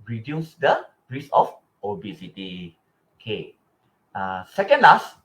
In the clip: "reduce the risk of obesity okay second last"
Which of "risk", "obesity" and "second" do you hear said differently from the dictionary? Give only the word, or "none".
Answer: risk